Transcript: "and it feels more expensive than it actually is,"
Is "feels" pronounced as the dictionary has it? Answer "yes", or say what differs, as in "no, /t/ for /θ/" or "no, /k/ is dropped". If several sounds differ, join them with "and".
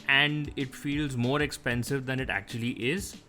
yes